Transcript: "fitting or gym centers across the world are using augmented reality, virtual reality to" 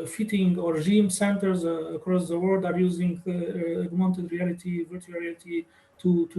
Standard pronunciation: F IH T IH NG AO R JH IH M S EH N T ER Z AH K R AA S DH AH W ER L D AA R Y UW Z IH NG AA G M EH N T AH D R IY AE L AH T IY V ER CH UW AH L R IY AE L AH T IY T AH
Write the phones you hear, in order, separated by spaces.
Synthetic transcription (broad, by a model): F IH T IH NG AO R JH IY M S EH N T ER Z AH K R AA S DH AH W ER L D AA R Y UW Z IH NG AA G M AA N T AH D R IY AE L AH T IY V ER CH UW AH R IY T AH T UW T